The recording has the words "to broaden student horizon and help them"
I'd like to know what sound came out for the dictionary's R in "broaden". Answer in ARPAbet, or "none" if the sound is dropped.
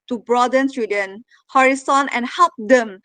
R